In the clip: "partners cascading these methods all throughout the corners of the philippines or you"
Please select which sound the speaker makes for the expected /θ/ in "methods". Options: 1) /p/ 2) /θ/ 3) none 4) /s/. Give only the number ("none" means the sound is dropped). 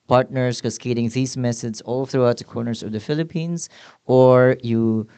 4